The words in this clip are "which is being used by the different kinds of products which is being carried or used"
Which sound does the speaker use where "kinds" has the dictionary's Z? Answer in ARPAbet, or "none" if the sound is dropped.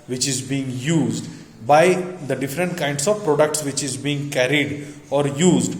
S